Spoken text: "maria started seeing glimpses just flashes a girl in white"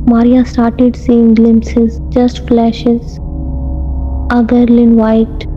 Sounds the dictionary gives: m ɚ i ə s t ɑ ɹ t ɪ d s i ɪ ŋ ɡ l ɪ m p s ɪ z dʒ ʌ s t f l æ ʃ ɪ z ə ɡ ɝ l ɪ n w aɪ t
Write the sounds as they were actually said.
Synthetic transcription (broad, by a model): m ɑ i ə s t ɑ ɹ t ɪ d s i ɪ ŋ ɡ l ɪ m p s ɪ z dʒ ʌ s t f l æ ʃ ɪ z ə ɡ ɝ l ɪ n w aɪ t